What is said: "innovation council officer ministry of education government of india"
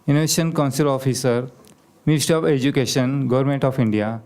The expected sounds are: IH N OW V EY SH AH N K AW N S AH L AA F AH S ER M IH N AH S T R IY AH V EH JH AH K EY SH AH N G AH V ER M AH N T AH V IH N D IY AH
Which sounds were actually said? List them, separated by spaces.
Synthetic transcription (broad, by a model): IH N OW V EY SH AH N K AW N S AH L AA F AH S ER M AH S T IY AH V EH JH AH K EY SH AH N G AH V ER M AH N T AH F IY N D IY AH